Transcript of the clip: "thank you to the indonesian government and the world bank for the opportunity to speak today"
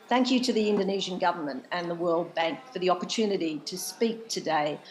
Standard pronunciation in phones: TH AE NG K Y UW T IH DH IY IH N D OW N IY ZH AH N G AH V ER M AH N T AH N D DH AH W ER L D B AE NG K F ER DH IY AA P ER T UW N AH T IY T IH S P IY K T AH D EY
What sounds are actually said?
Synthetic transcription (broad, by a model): TH AE NG K Y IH T IH DH IY IH N D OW N IY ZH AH N G AH V ER M AH N T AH N DH AH W ER L D B AE NG K F ER DH IY AA P ER T UW N AH T IY T IH S P IY K T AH D EY